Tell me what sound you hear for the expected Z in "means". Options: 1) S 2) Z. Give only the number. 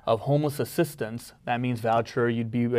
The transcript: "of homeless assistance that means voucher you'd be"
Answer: 2